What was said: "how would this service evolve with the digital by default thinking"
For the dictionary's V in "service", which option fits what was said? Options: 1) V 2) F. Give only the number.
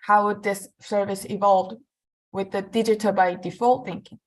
1